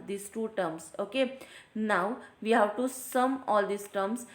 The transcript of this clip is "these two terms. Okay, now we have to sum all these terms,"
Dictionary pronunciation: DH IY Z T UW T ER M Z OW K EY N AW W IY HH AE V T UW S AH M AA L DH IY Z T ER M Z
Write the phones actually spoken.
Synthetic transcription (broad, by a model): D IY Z T UW T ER M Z OW K EY N AW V IY HH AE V T UW S AH M AA L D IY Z T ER M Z